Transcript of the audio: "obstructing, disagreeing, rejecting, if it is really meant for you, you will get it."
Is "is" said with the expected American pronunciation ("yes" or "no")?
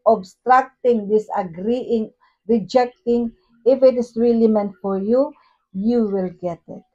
no